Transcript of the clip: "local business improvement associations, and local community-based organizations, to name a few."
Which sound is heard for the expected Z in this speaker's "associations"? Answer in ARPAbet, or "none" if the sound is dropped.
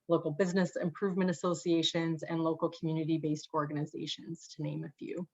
Z